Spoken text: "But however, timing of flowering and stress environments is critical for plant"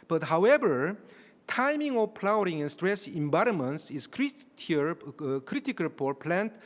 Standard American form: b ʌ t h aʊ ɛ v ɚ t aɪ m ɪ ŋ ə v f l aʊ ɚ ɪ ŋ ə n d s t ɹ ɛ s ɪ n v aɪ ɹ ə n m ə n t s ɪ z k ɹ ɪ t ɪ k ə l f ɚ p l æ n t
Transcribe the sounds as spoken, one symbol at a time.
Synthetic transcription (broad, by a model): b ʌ t h aʊ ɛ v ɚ t aɪ m ɪ ŋ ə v p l aʊ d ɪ ŋ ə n s t ɹ ɛ s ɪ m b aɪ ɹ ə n m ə n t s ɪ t k ɹ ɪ t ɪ k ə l p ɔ p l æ n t